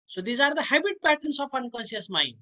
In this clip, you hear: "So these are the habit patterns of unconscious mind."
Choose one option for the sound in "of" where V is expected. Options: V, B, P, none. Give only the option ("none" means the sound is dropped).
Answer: P